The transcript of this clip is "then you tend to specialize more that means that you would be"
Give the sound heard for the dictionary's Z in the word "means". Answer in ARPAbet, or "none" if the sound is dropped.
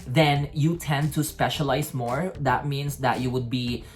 S